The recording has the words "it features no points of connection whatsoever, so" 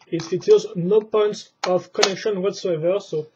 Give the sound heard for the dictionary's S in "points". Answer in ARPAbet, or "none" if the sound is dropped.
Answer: S